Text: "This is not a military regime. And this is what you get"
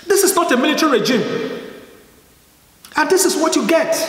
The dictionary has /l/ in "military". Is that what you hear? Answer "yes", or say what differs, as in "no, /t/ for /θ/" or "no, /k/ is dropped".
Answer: yes